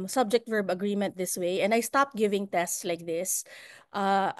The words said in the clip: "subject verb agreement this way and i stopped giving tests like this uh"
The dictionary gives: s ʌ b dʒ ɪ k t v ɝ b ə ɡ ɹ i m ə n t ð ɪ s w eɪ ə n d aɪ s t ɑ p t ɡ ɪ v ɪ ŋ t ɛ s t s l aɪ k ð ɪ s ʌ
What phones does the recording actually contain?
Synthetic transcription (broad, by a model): s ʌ b dʒ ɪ k t v ɝ b ə ɡ ɹ i m ə n t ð ɪ s w eɪ ə n d aɪ s t ɑ p t ɡ ɪ v ɪ ŋ t ɛ s t s l aɪ k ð ɪ s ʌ